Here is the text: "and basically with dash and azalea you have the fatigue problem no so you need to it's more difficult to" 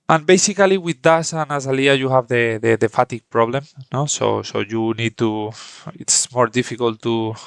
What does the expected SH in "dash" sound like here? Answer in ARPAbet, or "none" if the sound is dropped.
S